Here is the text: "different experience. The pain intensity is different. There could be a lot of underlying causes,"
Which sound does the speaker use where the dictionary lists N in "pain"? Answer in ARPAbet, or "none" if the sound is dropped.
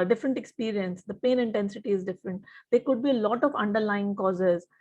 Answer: N